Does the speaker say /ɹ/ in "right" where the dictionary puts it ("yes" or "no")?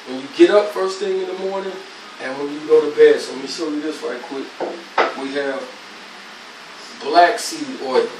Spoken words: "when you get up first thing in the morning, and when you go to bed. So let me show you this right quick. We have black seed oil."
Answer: no